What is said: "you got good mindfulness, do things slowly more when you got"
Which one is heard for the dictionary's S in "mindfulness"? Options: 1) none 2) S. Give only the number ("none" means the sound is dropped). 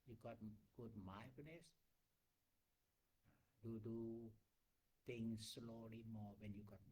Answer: 1